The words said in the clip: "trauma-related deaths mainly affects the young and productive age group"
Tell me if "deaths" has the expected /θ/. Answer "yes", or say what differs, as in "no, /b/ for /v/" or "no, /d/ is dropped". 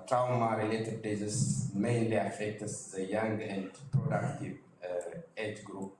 no, /s/ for /θ/